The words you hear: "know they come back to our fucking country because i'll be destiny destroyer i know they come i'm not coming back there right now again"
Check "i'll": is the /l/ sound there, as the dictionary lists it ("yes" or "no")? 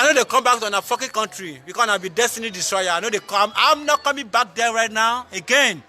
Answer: no